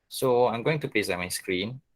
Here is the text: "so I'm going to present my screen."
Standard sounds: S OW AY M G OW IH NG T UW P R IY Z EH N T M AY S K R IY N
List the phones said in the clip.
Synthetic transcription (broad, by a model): S OW AY M G OW IH NG T UW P L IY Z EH T M AY S K R IY N